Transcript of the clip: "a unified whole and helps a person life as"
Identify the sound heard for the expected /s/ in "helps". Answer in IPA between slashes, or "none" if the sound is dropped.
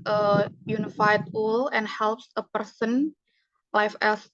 /s/